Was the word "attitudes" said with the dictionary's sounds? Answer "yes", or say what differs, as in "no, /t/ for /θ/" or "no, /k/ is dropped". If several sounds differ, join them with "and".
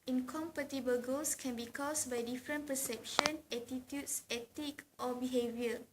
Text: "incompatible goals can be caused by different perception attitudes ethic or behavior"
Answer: no, /s/ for /z/